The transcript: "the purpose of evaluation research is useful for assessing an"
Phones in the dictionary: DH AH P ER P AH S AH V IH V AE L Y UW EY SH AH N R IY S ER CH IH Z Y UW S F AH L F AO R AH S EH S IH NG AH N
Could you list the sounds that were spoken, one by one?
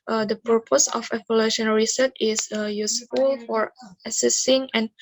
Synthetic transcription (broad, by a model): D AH P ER P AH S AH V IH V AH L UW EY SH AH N R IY S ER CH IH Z Y UW S F AH L F AO R AH S EH S IH NG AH N